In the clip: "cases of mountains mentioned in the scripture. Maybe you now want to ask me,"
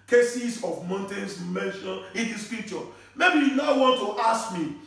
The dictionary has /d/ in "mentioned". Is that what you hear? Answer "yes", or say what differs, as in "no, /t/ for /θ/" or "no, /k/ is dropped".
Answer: no, /d/ is dropped